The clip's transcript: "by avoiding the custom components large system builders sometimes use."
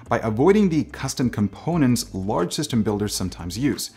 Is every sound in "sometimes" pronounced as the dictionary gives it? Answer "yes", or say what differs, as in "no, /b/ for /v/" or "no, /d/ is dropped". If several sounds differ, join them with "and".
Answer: yes